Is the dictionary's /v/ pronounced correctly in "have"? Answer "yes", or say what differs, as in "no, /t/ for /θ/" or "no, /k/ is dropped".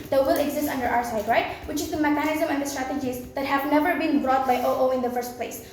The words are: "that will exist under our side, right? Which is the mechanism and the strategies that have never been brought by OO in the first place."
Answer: yes